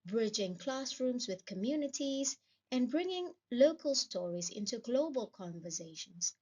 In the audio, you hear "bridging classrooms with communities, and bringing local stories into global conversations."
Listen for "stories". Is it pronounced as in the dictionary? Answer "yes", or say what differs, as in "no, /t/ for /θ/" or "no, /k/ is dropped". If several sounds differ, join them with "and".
yes